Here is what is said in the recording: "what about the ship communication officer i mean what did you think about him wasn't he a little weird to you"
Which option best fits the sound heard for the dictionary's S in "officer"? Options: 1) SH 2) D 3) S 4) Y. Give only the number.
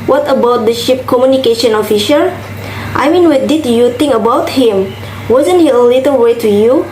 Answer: 1